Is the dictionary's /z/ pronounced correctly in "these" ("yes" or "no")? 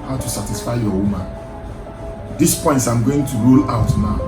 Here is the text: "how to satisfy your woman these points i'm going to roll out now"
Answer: no